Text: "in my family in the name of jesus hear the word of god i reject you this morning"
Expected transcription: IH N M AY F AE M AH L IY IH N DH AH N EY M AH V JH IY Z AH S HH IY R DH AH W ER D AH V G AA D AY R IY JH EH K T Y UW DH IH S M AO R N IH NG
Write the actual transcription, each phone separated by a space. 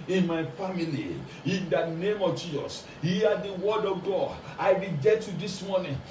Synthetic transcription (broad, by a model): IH N M AY F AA M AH L IY IH N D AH N EY M AH V JH IY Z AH S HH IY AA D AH W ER D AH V G AA D AY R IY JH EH T Y UW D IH S M AO N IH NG